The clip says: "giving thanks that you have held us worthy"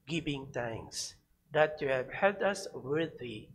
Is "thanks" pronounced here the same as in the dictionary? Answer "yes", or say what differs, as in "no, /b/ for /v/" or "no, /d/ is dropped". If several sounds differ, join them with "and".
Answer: no, /t/ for /θ/ and /k/ is dropped